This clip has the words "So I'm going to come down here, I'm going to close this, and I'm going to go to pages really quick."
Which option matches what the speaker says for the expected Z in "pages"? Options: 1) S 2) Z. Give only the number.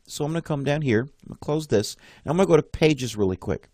2